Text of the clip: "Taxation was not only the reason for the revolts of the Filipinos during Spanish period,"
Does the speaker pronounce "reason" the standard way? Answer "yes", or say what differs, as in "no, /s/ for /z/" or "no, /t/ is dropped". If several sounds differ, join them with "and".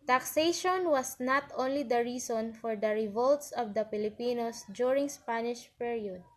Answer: no, /s/ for /z/